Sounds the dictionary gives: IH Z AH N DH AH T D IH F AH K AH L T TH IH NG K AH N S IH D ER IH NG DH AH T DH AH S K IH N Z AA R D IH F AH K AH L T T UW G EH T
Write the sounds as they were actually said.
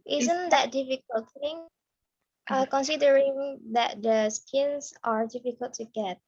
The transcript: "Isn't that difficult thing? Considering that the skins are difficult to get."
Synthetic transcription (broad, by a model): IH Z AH N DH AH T D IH F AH K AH L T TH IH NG K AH N S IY D ER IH NG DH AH T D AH S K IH N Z AA R D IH F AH K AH L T T UW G EH T